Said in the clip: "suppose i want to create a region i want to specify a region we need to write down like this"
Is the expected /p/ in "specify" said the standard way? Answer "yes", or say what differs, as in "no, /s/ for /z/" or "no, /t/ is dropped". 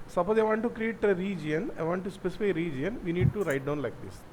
yes